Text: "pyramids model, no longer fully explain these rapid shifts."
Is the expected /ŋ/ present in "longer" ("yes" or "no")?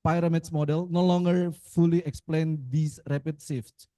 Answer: yes